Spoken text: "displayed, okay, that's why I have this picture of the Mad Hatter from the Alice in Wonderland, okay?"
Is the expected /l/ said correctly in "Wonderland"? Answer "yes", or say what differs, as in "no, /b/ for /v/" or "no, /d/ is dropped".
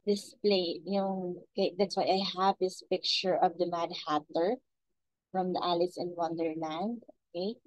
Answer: yes